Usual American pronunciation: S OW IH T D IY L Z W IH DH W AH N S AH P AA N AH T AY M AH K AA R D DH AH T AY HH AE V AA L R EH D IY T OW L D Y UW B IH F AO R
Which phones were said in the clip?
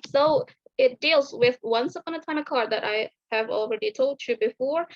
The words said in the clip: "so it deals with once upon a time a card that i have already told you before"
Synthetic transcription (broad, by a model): S OW IH T D IY L Z W IH DH W AH N S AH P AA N AH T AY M AH K AA R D DH AH T AY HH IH V AA L R EH D IY T OW L D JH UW B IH F AO R